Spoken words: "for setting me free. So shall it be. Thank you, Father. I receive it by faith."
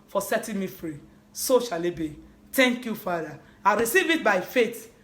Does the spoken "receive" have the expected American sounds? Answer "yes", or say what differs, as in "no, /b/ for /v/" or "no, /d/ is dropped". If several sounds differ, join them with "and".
yes